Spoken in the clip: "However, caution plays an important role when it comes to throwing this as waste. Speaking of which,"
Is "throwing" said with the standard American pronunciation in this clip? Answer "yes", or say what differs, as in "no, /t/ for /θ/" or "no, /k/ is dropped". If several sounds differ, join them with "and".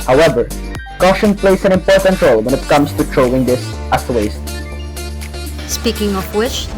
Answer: no, /t/ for /θ/